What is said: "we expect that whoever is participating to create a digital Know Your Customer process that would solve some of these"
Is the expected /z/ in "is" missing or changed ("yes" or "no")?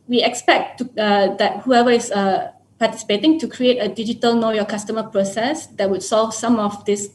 yes